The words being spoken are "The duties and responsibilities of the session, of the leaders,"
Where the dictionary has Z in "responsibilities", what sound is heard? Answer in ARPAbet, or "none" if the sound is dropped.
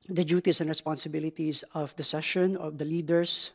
S